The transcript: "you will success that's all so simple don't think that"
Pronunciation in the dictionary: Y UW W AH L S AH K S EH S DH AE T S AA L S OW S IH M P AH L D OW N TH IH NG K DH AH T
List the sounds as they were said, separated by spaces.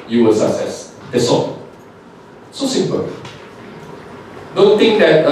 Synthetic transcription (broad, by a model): Y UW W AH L S AH K S EH S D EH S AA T S OW S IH M P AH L D OW N T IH NG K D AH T